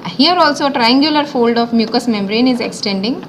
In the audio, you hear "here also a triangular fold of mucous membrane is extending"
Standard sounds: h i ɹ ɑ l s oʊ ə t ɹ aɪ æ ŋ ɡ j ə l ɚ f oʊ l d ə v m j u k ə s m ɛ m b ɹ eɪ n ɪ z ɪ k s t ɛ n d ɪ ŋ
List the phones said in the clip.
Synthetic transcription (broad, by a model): h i ɹ ɑ l s oʊ t ɹ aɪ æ ŋ ɡ j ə l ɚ f oʊ l d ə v m j u k ə s m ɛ m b ɹ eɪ n ɪ z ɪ k s t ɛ n d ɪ ŋ